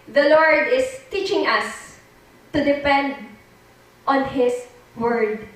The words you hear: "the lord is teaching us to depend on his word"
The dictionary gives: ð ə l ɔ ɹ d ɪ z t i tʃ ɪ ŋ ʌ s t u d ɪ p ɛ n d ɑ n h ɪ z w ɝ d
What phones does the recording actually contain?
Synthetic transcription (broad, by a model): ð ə l ɔ ɹ d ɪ s t i tʃ ɪ ŋ ʌ s t u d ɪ p ɛ n d ɑ n h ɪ s w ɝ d